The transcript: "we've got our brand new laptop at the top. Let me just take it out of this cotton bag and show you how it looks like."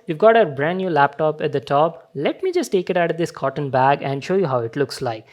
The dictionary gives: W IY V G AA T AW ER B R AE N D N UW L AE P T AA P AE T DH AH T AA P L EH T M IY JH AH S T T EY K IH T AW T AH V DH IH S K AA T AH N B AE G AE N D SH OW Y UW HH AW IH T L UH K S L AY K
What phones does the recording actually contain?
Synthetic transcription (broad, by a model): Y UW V G AA T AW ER B R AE N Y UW L AE P T AA P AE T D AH T AA P L EH T M IY JH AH S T T EY K IH T AW T AH V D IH S K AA T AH N B AE G AE N D SH OW Y UW HH AW IH T L UH K S L AY K